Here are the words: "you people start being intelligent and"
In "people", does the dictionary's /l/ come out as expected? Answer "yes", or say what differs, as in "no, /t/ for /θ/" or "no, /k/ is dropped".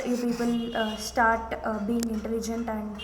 no, /n/ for /l/